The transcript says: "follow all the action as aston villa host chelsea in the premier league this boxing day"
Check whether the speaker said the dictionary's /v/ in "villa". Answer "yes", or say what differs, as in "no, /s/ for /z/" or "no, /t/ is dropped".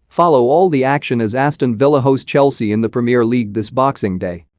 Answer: yes